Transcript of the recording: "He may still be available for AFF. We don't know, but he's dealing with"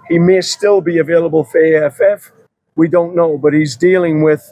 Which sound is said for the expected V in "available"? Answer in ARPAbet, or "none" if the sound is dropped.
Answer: V